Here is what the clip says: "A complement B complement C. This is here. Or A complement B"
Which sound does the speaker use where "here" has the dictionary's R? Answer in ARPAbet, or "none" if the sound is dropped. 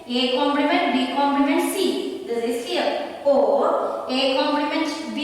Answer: L